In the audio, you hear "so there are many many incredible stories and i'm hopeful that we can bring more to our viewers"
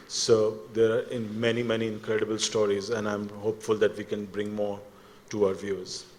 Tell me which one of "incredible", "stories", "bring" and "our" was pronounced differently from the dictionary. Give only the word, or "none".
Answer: none